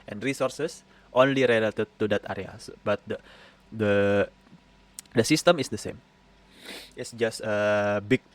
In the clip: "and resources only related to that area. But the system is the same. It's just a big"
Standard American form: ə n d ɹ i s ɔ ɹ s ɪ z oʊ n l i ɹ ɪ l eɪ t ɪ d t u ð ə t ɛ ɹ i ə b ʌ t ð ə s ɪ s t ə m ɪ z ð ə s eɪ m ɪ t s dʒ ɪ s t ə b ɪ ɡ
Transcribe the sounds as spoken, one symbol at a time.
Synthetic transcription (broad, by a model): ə n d ɹ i s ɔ ɹ s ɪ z oʊ n l i ɹ ɪ l eɪ t ɪ d t u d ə t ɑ ɹ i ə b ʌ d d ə s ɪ s t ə m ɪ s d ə s eɪ m ɪ t s dʒ ɪ s t ə b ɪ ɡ